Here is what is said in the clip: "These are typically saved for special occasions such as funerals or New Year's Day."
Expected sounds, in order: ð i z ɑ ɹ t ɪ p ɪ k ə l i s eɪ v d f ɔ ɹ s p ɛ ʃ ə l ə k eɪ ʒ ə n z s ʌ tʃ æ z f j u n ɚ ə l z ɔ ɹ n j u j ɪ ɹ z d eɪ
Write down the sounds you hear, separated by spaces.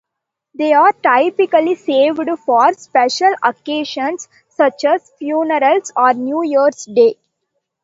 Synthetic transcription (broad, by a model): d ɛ ɑ ɹ t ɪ p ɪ k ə l i s eɪ v d f ɔ ɹ s p ɛ ʃ ə l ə k eɪ ʃ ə n s ʌ tʃ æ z f j u n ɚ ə l s ɔ ɹ n j u j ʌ ɹ s d eɪ